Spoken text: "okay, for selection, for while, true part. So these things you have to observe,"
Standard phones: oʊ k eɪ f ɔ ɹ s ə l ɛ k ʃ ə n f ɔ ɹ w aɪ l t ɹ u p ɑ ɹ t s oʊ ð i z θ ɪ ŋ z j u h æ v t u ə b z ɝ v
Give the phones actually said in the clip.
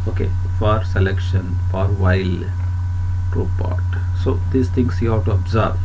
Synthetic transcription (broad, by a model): oʊ k eɪ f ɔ ɹ s ə l ɛ k ʃ ə n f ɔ ɹ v aɪ l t ɹ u p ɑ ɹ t s oʊ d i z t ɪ ŋ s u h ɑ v t u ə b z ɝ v